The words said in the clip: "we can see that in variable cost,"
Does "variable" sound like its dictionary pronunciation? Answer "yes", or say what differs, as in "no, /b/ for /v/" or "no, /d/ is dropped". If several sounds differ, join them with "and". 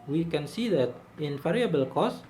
no, /f/ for /v/